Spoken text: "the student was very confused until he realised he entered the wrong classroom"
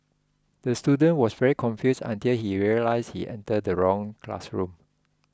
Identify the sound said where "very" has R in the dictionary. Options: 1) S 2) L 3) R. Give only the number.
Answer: 3